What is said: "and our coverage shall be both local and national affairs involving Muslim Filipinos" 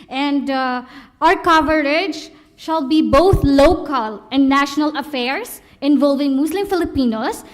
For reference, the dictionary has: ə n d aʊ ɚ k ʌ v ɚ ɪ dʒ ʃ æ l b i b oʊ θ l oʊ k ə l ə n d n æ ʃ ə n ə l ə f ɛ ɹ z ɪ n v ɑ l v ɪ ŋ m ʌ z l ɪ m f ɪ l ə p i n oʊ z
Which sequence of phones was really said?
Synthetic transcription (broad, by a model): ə n d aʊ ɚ k ʌ v ɚ ɪ dʒ ʃ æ l b i b oʊ t l oʊ k ə l ə n d n æ ʃ ə n ə l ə f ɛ ɹ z ɪ n v ɑ l v ɪ ŋ m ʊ s l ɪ m f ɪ l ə p i n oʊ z